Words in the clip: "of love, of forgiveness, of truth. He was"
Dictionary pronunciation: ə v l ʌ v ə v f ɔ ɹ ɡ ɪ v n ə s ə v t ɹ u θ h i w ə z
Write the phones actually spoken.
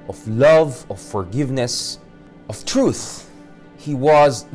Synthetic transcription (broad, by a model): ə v l ʌ v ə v f ɔ ɹ ɡ ɪ v n ə s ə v t ɹ u θ h i w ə z